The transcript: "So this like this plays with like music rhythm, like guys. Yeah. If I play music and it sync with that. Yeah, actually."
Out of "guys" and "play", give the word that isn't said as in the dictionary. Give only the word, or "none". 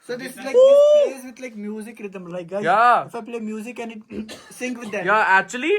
guys